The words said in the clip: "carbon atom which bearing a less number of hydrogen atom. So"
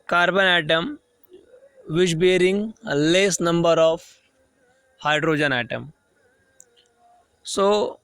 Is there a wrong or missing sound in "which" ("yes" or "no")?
yes